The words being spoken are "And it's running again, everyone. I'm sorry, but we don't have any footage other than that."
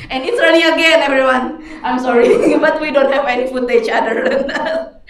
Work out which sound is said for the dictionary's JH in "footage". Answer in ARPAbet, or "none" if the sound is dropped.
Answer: CH